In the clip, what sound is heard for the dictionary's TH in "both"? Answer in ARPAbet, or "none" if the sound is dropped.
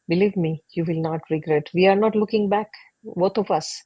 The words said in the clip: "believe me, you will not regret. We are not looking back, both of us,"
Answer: T